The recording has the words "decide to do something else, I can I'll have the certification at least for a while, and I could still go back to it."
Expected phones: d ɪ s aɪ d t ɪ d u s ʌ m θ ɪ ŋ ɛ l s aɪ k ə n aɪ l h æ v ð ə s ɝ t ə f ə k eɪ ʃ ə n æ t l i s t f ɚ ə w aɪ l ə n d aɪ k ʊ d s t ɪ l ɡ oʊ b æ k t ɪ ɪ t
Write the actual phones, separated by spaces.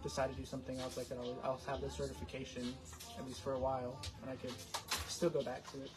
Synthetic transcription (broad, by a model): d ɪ s aɪ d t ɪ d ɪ s ʌ m θ ɪ ŋ ɛ l s aɪ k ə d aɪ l h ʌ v ð ə s ɝ t ə f ə k eɪ ʃ ə n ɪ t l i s f ɚ ə w aɪ l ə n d aɪ k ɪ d s t ɪ l ɡ oʊ b æ k t ɪ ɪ t